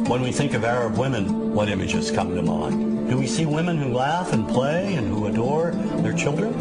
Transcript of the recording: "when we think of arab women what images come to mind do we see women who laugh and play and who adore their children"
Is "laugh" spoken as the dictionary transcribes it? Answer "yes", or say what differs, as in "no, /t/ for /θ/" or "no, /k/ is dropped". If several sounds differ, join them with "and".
yes